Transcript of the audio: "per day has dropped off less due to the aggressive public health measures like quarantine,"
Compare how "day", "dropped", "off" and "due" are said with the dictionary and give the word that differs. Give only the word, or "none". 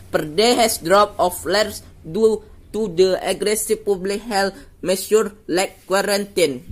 dropped